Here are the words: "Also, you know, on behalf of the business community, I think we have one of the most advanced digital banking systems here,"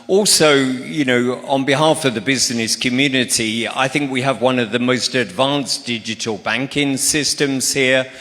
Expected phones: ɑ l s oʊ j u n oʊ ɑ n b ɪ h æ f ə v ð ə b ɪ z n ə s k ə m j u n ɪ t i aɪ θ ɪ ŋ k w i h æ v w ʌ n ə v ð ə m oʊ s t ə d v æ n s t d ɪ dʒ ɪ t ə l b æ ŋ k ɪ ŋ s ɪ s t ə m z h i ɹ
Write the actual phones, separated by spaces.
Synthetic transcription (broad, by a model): ɑ l s oʊ j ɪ n oʊ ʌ n b ɪ h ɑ f ə v ð ə b ɪ z n ə s k ə m j u n ɪ t i aɪ θ ɪ ŋ k w i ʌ v w ʌ n ə v ð ə m oʊ s t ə d v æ n s d ɪ dʒ ɪ t ə l b æ ŋ k ɪ ŋ s ɪ s t ə m z h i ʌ